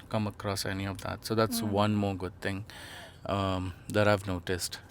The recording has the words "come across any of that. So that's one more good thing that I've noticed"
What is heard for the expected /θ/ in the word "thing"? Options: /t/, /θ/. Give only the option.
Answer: /t/